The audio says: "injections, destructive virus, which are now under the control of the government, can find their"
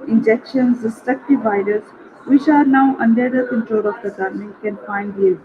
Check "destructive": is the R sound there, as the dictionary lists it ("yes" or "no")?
no